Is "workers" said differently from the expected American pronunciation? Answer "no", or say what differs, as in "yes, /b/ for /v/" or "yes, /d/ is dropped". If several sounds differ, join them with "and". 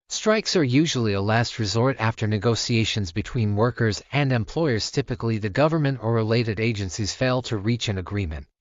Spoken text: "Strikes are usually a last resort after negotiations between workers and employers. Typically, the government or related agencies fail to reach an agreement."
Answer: no